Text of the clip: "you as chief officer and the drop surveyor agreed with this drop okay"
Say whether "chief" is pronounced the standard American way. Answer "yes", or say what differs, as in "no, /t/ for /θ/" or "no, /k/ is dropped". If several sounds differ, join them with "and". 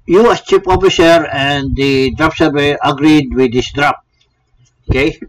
no, /p/ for /f/